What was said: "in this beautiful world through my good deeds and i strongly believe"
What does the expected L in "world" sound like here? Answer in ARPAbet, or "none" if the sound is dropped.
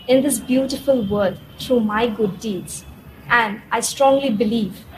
none